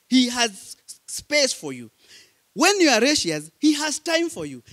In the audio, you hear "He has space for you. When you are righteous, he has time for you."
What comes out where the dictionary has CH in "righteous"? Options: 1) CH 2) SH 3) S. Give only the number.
2